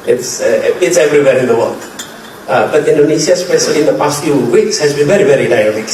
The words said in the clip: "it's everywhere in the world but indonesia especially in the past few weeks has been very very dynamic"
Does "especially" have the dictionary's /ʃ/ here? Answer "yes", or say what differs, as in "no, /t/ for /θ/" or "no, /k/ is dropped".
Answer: no, /s/ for /ʃ/